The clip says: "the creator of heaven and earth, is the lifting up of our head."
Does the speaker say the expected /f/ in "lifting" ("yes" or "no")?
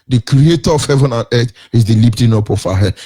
no